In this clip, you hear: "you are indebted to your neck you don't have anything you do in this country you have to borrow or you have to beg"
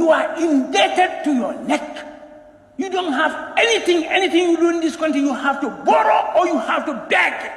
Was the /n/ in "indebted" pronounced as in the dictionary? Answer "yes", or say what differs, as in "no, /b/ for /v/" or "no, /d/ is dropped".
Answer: yes